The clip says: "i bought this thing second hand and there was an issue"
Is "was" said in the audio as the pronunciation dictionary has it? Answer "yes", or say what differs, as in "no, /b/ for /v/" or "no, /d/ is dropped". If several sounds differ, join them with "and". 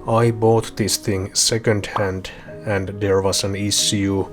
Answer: no, /s/ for /z/